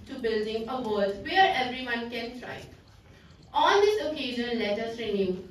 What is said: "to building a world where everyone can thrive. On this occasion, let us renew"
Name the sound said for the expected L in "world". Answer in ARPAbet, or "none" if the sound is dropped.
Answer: none